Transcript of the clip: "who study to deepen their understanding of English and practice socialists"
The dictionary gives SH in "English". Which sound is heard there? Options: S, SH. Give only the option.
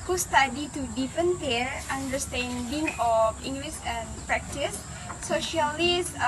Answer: S